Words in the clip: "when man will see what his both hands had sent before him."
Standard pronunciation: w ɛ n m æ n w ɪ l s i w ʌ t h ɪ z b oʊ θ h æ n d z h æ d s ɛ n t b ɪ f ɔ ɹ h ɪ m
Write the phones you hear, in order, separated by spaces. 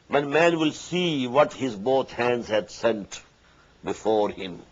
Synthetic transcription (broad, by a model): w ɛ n m æ n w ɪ l s i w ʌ t h ɪ z b oʊ t h æ n d z h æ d s ɛ n t b ɪ f ɔ ɹ h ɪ m